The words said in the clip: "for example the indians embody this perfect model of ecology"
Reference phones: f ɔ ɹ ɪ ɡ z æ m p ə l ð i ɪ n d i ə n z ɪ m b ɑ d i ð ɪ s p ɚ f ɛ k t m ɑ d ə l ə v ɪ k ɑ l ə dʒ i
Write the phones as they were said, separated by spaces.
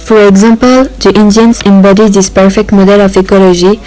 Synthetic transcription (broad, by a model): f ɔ ɹ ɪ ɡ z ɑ m p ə l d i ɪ n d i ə n s ɪ m b ɑ d i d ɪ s p ɚ f ɛ k t m ɑ d ə l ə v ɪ k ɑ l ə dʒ i